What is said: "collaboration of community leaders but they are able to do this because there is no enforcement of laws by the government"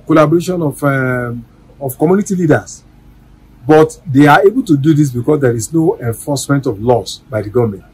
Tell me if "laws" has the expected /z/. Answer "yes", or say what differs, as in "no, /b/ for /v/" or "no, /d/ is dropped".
no, /s/ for /z/